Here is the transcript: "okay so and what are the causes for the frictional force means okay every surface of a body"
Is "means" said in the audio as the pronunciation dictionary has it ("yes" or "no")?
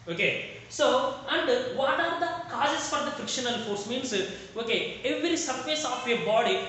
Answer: no